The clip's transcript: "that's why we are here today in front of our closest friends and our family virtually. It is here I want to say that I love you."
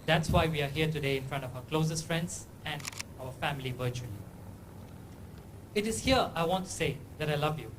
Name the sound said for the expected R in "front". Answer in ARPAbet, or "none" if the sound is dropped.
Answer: R